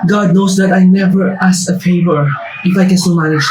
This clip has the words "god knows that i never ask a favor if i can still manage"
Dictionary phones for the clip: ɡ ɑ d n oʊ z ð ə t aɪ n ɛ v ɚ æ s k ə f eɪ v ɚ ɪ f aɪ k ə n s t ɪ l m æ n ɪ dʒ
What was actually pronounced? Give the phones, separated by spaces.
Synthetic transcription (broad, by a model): ɡ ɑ d n oʊ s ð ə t aɪ n ɛ v ɚ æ s ə f eɪ v ɚ ɪ f aɪ k ə n s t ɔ m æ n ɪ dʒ